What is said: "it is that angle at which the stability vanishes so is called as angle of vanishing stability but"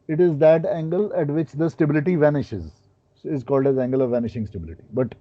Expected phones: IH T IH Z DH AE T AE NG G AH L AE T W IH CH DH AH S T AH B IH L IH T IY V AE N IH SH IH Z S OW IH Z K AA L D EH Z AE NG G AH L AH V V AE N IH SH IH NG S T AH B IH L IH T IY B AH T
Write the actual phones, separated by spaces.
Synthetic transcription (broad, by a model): IH T IH Z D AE T AE NG G AH L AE T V IH CH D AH S T AH B IH L IH T IY V AE N IH SH IH Z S IH Z K AA L D EH Z AE NG G AH L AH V V AE N IH SH IH NG S T AH B IH L IH T IY B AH T